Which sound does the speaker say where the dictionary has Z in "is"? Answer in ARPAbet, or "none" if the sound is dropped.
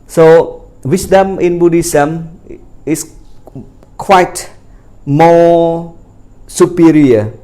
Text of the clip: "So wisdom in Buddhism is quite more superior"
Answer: S